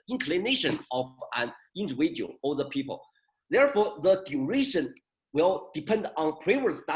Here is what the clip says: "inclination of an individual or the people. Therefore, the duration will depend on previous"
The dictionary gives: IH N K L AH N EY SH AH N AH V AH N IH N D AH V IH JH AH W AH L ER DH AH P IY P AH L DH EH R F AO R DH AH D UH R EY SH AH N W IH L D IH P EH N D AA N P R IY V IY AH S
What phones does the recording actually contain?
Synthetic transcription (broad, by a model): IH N K L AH N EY SH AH N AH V AH N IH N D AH W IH AH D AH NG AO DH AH P IY P AH L DH EH R F AO R DH AH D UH R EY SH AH N W IH L D IH P EH N D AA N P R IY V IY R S